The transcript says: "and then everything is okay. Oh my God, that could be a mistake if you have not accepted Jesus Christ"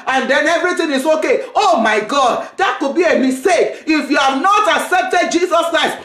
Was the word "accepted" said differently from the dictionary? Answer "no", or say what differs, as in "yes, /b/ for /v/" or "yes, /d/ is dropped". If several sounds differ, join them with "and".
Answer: no